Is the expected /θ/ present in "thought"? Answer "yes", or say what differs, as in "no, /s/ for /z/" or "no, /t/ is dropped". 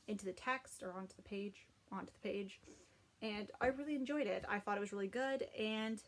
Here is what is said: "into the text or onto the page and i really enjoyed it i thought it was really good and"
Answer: yes